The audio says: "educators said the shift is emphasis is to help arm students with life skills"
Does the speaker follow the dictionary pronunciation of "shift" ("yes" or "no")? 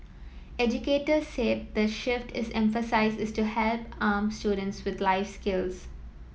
yes